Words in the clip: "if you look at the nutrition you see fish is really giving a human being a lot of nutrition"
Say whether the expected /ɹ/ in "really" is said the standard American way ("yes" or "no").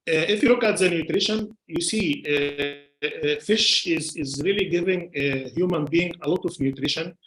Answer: yes